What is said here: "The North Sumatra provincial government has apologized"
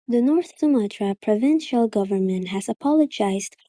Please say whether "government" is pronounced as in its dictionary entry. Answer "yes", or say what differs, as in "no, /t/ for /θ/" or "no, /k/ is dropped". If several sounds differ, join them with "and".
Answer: yes